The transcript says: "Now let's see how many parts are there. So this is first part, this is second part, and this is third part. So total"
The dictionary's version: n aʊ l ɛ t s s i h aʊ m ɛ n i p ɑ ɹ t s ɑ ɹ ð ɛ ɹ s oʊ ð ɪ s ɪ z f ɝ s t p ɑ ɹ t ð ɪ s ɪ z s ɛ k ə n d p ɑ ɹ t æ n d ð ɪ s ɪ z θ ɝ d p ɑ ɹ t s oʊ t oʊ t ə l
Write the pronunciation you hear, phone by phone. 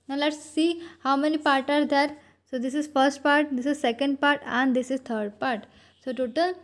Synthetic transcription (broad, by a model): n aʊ l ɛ t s s i h aʊ m ɛ n i p ɑ ɹ t ɑ ɹ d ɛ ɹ s oʊ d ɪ s ɪ z f ɝ s t p ɑ ɹ t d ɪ s ɪ z s ɛ k ə n d p ɑ ɹ t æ n d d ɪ s ɪ z t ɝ d p ɑ ɹ t s oʊ t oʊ t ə l